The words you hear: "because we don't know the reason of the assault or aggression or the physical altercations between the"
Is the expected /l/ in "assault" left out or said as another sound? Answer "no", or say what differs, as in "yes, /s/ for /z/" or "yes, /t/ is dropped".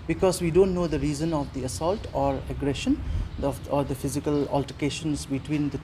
no